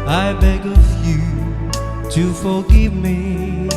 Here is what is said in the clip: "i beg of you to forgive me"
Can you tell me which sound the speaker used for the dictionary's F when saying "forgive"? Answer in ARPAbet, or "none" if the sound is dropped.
F